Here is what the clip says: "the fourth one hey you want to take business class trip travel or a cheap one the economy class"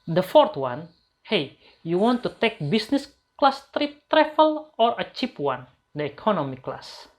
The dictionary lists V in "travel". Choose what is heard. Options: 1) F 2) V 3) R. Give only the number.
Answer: 1